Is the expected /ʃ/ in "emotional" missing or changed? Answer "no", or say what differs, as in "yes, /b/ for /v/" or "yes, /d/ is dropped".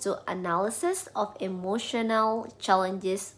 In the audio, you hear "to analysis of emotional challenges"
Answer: no